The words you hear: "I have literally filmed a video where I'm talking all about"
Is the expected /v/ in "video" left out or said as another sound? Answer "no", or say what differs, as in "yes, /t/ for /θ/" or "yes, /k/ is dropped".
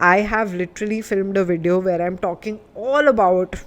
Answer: no